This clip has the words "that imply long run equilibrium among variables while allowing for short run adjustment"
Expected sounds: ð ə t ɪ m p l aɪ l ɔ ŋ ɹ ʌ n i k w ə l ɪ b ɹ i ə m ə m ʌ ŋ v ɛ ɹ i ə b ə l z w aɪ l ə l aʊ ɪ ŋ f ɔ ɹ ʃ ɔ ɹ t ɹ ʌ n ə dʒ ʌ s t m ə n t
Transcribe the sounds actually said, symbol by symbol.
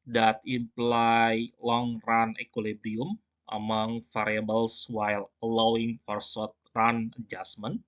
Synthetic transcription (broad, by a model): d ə t ɪ m p l aɪ l ɔ ŋ ɹ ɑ n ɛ k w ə l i b ɹ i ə m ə m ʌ ŋ f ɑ ɹ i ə b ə l s w aɪ l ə l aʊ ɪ ŋ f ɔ ɹ s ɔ t ɹ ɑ n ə dʒ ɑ s m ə n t